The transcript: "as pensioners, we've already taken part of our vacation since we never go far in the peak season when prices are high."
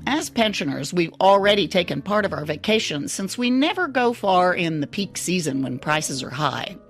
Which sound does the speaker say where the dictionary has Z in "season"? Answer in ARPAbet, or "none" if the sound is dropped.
Z